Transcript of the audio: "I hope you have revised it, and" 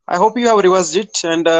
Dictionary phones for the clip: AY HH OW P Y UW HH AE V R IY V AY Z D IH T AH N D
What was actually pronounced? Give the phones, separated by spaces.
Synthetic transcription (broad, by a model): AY HH OW P Y UW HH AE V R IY W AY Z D IH T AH N D